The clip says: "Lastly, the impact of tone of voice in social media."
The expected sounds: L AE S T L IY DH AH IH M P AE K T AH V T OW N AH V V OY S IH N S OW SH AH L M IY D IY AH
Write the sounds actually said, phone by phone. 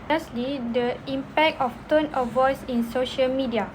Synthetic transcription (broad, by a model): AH S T L IY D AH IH M P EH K T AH F T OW N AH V V OY S IH N S OW SH AH L M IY D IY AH